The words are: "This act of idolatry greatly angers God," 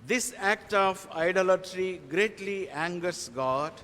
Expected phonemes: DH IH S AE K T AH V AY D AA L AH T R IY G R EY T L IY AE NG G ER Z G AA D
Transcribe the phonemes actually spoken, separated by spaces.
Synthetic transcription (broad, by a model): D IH S AE K T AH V AY D AA L AH T R IY G R EY T L IY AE NG G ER S G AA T